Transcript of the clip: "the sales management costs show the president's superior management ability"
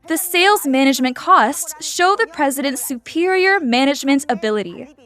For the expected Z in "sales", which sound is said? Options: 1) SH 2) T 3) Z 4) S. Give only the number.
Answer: 3